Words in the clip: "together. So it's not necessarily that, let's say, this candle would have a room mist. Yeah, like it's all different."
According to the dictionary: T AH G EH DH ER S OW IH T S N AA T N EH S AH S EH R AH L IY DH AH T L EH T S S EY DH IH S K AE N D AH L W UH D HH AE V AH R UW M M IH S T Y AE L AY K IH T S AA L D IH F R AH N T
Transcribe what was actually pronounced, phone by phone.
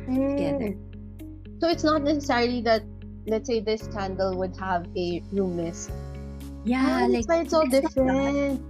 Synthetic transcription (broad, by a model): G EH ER S OW IH T S N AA T N EH S AH S EH R AH L IY DH AH T L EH T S S EY DH IH S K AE N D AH L W UH D HH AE V AH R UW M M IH S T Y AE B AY IH T S AA L D IH F R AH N T